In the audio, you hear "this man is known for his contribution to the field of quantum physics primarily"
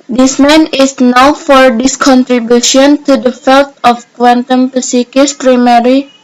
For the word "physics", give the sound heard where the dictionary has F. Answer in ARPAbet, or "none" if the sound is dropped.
P